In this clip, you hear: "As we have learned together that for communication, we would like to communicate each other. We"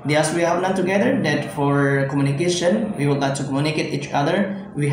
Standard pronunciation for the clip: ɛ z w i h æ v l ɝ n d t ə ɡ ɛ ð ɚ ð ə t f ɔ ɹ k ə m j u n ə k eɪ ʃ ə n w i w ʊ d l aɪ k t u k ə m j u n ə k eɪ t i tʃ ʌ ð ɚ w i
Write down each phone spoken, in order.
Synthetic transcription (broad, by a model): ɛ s w i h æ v n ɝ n t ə ɡ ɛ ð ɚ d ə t f ɔ ɹ k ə m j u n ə k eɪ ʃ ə n w i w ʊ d l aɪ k t u k ə m j u n ə k eɪ t i tʃ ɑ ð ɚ w i